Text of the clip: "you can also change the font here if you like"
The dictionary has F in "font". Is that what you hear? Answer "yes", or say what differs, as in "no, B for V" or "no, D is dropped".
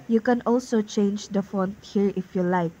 yes